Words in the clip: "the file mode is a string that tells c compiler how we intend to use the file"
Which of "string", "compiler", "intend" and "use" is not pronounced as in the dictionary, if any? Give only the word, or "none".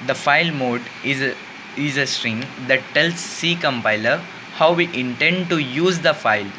none